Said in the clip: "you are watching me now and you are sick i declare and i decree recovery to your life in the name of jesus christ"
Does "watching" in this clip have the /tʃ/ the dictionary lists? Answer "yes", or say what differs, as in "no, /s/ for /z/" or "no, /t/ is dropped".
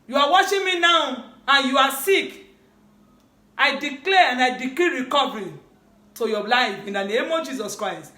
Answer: no, /ʃ/ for /tʃ/